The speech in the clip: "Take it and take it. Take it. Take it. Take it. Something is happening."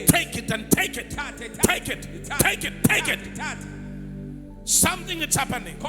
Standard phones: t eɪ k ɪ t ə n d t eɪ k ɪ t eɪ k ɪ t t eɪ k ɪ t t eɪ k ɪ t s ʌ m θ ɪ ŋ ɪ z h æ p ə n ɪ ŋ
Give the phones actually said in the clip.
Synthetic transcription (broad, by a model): t eɪ k ɪ t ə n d t eɪ k ɪ t eɪ k ɪ t t eɪ k ɪ t t eɪ k ɪ t s ʌ m θ ɪ ŋ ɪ s h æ p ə n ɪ ŋ